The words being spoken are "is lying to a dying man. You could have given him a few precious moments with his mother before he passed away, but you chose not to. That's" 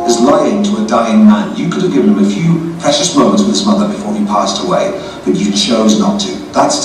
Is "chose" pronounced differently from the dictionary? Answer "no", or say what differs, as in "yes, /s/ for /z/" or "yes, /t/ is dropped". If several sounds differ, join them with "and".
no